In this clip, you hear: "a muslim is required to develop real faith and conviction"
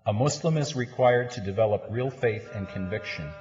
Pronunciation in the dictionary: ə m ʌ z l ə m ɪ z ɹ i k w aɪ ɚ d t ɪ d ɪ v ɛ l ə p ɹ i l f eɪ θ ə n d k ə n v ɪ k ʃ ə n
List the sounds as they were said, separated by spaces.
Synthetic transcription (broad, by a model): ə m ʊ s l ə m ɪ z ɹ i k w aɪ ɚ d t ɪ d ɪ v ɛ l ə p ɹ i l f eɪ θ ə n k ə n v ɪ k ʃ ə n